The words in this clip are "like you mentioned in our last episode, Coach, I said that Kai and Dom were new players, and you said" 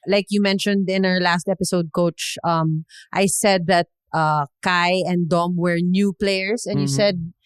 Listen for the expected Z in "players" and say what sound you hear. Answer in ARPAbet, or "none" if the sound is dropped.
S